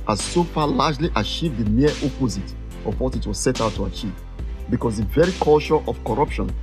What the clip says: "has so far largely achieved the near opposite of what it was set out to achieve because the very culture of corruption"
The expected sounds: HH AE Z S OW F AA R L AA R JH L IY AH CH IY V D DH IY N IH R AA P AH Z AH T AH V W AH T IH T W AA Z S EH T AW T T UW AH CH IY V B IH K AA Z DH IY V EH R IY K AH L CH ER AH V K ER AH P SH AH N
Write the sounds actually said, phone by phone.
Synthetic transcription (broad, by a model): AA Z S OW F AA L AA JH L IY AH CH IY V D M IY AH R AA P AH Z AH T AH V W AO T IH T W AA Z S EH T AW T T UW AH CH IY V B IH K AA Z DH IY V EH R IY K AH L SH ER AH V K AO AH P SH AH N